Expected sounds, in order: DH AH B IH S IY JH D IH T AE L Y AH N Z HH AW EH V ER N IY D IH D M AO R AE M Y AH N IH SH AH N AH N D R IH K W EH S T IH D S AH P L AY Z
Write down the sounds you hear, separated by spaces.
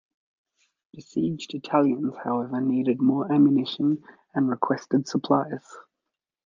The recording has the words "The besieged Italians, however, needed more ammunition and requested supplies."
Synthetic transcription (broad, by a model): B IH S IY JH D IH T AE L Y AH N Z HH AW EH V ER N IY D IH D M AO R AE M Y AH N IH SH AH N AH N R IH K W EH S T IH D S AH P L AY Z